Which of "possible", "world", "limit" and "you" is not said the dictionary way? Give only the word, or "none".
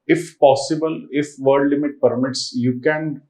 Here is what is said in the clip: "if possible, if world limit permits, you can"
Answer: world